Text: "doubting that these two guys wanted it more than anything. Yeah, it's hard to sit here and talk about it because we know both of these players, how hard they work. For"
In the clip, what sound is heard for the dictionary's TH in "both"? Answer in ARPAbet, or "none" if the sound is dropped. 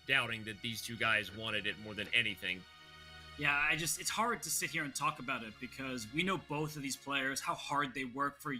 TH